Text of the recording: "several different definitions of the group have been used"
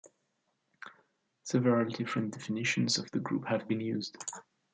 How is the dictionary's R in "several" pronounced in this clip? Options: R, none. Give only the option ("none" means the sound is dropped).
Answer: none